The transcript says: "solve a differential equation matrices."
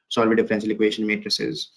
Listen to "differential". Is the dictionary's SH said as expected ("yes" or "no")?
no